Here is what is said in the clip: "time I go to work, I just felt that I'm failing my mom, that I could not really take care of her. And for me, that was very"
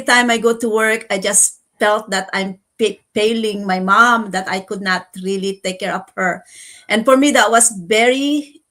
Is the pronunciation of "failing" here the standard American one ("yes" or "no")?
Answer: no